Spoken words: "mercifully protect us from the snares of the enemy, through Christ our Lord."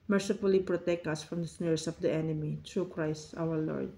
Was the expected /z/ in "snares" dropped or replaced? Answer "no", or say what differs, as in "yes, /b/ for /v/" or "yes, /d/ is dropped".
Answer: yes, /s/ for /z/